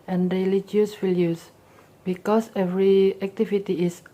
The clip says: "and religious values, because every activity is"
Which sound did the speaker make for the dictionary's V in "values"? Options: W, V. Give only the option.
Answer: W